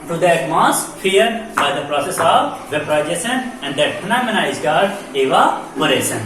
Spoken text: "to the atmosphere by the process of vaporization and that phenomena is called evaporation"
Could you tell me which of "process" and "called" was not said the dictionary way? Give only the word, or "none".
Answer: called